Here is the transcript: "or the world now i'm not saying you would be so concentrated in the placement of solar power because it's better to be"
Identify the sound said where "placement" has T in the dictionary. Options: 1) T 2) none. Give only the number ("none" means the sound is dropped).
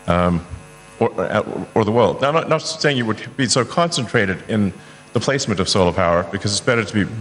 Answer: 1